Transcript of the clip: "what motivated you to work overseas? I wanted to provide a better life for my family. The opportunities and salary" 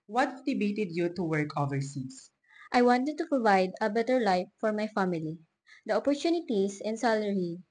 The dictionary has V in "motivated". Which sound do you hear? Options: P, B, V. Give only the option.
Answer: B